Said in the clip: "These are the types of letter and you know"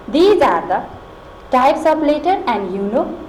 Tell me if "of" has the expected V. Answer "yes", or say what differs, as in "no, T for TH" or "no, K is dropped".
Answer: no, P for V